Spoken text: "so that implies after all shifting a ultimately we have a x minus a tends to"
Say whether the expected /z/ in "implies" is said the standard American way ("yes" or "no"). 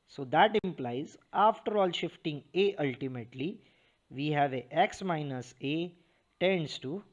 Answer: yes